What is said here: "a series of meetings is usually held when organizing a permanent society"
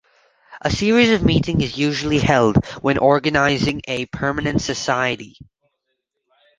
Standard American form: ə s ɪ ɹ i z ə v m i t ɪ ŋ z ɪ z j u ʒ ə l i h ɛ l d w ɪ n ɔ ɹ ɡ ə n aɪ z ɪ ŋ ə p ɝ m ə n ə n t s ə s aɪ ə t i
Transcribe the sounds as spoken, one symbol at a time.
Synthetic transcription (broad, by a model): ə s ɪ ɹ i z ə v m i t ɪ ŋ ɪ z j u ʒ l i h ɛ l d w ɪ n ɔ ɹ ɡ ə n aɪ z ɪ ŋ ə p ɝ m ə n ə n t s ə s aɪ ə t i